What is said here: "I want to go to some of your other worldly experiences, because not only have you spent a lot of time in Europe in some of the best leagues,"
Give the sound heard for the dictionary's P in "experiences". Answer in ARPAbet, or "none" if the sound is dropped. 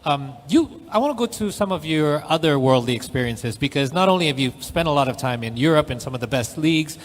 P